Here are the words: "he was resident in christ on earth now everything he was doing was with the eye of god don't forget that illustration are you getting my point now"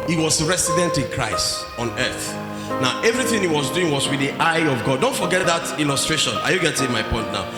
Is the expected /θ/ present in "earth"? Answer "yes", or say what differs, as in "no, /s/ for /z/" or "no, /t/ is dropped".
yes